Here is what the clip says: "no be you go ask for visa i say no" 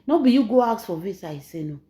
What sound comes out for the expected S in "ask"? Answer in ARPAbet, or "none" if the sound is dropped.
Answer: none